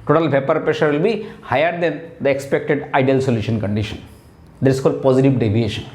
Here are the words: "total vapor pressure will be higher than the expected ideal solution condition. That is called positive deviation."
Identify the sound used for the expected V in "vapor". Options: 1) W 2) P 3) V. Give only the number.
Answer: 2